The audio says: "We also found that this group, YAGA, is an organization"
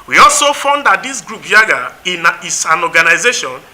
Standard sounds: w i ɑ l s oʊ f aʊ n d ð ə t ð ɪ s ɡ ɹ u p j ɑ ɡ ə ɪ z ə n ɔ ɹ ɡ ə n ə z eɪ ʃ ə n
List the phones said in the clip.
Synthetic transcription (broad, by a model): w i ɑ l s oʊ f aʊ n d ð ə t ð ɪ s ɡ ɹ u p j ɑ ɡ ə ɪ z ə n ɔ ɡ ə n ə z eɪ ʃ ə n